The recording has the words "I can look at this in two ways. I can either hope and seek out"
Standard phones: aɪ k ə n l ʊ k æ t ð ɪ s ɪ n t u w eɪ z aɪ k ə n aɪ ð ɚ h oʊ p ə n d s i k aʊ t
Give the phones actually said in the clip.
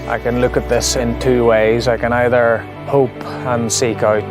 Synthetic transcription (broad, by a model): aɪ k ə n l ʊ k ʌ t ð ɪ s ɪ n t u w eɪ z aɪ k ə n aɪ ð ɚ h oʊ p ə n s i k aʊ t